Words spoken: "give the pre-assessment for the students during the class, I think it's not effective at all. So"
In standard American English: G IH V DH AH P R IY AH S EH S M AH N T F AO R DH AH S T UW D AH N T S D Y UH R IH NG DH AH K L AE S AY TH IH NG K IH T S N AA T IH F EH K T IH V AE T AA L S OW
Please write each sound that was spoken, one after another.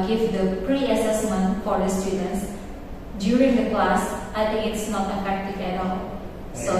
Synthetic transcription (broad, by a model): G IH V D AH P R IY AH S EH S M AH N T F AO R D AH S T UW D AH N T S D Y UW R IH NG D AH K L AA S AY T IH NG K IH T S N AA T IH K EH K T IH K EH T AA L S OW